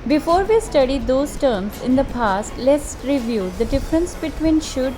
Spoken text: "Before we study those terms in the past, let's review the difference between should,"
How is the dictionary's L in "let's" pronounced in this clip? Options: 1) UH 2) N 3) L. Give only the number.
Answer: 3